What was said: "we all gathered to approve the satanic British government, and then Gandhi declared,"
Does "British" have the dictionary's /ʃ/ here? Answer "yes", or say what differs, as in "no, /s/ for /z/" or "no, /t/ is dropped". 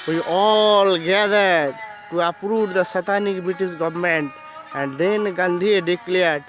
no, /s/ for /ʃ/